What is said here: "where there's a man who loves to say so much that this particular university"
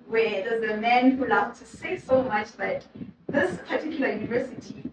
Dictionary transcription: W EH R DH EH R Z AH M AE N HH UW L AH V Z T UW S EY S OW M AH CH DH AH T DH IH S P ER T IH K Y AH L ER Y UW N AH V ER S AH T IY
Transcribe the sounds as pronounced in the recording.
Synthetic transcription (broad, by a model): W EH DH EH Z AH M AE N HH UW L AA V T UW S EY S OW M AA CH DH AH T DH IH S P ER T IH K Y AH L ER Y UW N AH V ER S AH T IY